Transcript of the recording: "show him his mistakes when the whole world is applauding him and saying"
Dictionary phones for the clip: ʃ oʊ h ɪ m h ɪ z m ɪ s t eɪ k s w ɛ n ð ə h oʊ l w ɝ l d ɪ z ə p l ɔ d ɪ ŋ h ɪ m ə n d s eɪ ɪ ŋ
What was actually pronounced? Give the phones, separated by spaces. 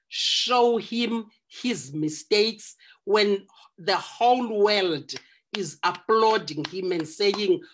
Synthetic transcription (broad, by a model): ʃ oʊ h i m h ɪ z m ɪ s t eɪ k s w ɛ n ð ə h oʊ l w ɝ l d ɪ z ə p l ɔ d ɪ ŋ h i m ə n d s eɪ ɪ ŋ